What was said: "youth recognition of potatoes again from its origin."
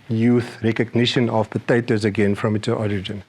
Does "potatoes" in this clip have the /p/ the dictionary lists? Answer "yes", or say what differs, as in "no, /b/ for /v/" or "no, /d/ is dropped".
yes